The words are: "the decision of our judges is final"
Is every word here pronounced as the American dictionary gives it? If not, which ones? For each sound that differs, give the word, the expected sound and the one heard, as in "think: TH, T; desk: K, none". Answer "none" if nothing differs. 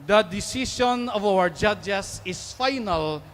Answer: decision: ZH, SH; judges: Z, S; is: Z, S